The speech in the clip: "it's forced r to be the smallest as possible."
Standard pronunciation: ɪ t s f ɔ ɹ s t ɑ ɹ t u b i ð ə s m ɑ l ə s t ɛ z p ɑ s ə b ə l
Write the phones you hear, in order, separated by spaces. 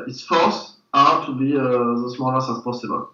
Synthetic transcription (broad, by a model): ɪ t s f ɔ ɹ s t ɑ t u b i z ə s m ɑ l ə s ɛ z p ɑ s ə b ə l